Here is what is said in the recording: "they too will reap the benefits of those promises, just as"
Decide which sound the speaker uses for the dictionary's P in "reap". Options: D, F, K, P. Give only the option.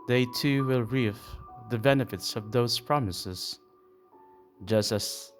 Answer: F